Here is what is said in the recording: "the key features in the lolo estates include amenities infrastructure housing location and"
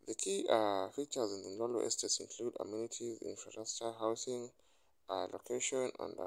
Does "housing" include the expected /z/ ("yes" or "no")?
no